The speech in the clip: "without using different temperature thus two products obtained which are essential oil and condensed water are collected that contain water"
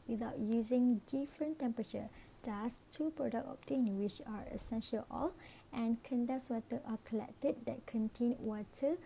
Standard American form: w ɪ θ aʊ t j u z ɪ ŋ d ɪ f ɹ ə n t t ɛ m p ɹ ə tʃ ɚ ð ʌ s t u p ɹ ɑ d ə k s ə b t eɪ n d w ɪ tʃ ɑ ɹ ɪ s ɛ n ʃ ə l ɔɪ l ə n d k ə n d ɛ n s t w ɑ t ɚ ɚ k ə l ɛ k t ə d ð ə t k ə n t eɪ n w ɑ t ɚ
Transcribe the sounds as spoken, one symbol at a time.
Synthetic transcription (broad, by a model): w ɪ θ aʊ t j u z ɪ ŋ d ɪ f ɹ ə n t t ɛ m p ɹ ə tʃ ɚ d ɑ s t u p ɹ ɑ d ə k ə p t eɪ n w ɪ tʃ ɑ ɹ ɪ s ɛ n ʃ ə l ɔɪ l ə n k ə n d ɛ s w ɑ t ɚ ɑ k ə l ɛ k t ə d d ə t k ə n t eɪ n w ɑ t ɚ